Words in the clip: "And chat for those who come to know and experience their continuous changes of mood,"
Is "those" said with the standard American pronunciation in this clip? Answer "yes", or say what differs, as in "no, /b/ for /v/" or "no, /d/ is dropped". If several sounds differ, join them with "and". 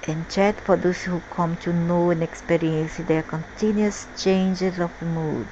no, /s/ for /z/